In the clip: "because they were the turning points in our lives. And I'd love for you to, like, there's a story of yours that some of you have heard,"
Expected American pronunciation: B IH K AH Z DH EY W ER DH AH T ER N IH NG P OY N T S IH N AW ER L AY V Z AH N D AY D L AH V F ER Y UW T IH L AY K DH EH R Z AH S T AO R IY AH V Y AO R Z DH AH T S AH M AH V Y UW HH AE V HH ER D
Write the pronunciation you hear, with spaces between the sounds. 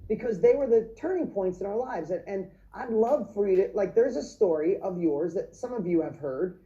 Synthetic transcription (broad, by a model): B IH K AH Z DH EY W ER DH AH T ER N IH NG P OY N T S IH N AW ER L AY V Z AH N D AY D L AH V F ER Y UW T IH L AY K DH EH R Z AH S T AO R IY AH V Y AO R Z DH AH T S AH M AH V Y UW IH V HH ER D